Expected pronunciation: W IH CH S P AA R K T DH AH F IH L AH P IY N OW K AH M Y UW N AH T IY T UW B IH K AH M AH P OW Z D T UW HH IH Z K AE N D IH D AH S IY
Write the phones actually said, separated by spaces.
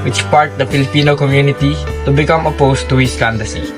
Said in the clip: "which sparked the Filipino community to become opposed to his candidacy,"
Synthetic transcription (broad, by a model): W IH CH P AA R T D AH F IH L AH P IY N OW K AH M Y UW N AH T IY T UW B IH K AH M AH P OW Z T UW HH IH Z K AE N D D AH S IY